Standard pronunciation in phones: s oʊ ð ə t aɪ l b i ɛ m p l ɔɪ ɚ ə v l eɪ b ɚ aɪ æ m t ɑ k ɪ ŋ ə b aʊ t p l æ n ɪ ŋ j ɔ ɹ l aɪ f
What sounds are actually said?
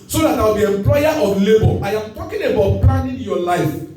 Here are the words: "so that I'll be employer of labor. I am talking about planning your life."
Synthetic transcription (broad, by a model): s oʊ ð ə t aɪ w b i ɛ m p l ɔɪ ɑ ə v l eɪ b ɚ aɪ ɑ m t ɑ k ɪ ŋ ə b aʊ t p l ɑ n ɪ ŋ j ɔ l aɪ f